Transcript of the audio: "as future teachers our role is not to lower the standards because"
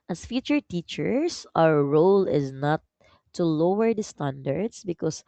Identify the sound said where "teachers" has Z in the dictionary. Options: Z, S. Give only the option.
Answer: S